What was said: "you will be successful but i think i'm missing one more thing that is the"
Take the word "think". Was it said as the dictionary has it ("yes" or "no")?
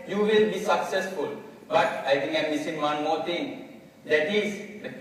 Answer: no